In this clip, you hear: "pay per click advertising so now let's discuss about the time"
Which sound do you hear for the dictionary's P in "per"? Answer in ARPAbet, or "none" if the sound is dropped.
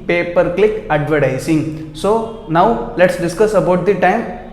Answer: P